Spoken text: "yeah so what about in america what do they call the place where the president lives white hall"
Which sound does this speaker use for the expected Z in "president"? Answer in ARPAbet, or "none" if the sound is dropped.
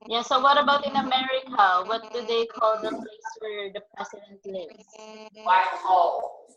S